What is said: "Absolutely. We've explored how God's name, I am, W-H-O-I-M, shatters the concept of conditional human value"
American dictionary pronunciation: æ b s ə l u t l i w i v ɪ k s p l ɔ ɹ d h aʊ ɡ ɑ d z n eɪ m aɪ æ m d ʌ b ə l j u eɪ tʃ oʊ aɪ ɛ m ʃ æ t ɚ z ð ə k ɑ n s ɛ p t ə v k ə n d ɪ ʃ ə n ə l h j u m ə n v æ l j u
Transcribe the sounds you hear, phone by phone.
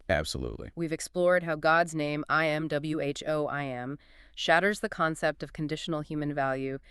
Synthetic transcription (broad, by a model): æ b s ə l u t l i w i v ɪ k s p l ɔ ɹ d h aʊ ɡ ɑ d z n eɪ m aɪ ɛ m d ʌ b l j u eɪ tʃ oʊ aɪ ɛ m ʃ æ t ɚ z ð ə k ɑ n s ɛ p t ə v k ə n d ɪ ʃ n l h j u m ə n v æ l j u